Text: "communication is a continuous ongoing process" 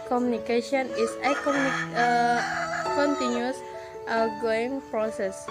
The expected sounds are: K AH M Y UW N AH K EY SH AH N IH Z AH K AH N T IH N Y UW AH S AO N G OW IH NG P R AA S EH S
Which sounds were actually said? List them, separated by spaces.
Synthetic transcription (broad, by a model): K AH M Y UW N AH K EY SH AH N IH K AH K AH N T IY N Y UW S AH G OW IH NG P R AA S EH S